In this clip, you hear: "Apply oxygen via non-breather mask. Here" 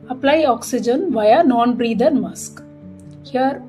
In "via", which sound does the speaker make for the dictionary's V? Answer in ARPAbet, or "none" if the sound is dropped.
V